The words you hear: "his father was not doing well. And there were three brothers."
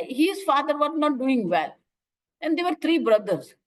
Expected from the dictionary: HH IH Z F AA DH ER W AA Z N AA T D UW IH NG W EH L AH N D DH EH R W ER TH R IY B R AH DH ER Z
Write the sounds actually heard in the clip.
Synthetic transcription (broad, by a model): HH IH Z F AA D ER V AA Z N AA T D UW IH NG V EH L AH N D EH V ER T R IY B R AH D ER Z